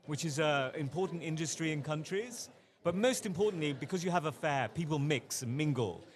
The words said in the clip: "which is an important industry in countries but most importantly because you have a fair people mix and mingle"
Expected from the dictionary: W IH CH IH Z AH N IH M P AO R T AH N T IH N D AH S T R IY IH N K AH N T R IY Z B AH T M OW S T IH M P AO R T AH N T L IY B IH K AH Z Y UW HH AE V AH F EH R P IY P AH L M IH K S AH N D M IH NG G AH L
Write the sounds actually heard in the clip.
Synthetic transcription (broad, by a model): W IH CH IH Z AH IH M P AO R T N T IH N D AH S T R IY IH N K AH N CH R IY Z B AH T M OW S T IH M P AO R T N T L IY B IH K AH Z Y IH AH V AH F EH P IY P AH L M IH K S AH N M IH NG G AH L